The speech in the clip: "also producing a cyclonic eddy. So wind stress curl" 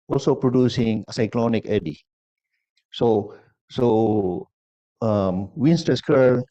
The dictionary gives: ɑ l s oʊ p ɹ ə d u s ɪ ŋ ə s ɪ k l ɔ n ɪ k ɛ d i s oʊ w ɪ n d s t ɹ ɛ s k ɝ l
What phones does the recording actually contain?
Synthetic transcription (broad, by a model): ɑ l s oʊ p ɹ ə d u s ɪ ŋ ə s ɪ k l ɔ n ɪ k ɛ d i s oʊ w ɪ n s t ɛ s k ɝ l